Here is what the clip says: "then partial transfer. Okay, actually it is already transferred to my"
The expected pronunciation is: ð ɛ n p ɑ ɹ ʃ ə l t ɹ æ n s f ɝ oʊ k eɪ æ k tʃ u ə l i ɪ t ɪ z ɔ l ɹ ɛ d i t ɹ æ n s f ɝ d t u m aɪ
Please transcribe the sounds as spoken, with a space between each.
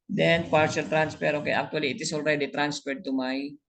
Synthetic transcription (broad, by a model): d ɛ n p ɑ ɹ ʃ ə l t ɹ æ n s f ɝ oʊ k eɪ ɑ k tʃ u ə l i ɪ t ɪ s ɔ l ɹ ɛ d i t ɹ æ n s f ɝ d t u m aɪ